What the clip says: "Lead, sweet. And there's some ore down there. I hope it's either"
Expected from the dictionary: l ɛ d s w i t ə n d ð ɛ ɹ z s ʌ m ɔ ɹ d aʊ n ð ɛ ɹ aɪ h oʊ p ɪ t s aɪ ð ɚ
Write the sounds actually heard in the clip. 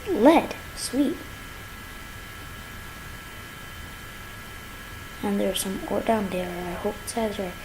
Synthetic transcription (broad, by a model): l ɛ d s w i t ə n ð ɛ ɹ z s ʌ m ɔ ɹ d aʊ n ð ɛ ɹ aɪ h oʊ ɪ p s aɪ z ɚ